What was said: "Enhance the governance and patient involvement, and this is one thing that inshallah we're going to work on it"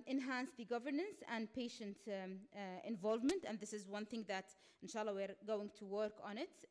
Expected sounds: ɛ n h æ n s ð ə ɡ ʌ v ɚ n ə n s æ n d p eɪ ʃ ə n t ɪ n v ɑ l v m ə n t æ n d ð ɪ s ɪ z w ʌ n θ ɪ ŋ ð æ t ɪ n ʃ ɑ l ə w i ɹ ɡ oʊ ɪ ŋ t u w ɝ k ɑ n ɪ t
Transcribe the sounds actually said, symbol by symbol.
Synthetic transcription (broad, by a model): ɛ n h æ n s ð ə ɡ ʌ v ɚ n ə n s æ n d p eɪ ʃ ə n t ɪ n v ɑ l v m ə n t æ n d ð ɪ s ɪ z w ʌ n θ ɪ ŋ ð æ t ɪ n ʃ ɑ l ə w i ɹ ɡ oʊ ɪ ŋ t u w ɝ k ɑ n ɪ t